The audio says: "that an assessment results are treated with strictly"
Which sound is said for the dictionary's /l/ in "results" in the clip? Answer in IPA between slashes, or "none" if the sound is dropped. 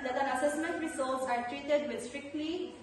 none